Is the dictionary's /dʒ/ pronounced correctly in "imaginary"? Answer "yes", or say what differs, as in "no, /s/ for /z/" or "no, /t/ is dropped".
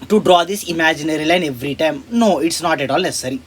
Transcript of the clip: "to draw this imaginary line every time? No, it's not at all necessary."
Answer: yes